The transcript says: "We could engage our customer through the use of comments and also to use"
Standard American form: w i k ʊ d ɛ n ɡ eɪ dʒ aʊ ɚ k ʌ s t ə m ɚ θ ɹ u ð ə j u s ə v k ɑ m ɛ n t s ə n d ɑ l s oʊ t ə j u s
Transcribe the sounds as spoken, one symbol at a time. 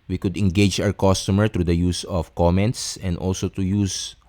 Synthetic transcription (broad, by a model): w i k ʊ d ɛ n ɡ eɪ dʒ aʊ ɚ k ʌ s t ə m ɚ t ɹ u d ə j u s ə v k ɑ m ɛ n t s ə n d ɑ l s oʊ t ə j u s